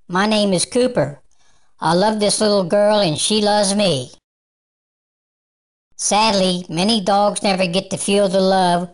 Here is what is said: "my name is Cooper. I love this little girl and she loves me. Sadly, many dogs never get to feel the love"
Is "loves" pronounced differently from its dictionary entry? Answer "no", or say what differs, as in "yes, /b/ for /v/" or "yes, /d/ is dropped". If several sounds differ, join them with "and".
no